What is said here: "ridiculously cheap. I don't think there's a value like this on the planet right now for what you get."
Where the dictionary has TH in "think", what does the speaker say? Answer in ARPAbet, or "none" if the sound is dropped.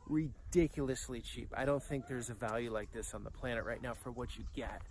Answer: TH